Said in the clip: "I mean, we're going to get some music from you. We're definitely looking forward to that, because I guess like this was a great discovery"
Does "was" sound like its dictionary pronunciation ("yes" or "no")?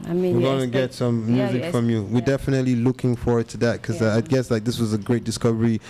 yes